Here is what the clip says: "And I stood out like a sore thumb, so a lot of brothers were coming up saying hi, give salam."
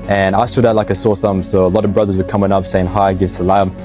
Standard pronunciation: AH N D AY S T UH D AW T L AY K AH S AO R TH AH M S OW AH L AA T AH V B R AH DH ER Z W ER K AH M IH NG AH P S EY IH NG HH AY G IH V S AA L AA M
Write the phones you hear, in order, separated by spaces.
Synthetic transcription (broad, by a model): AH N AY S T UH D AW T L AY K AH S AO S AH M S OW AH L AA T AH V B R AH DH ER Z W ER K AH M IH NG AH P S EY IH NG HH AY G IH V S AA L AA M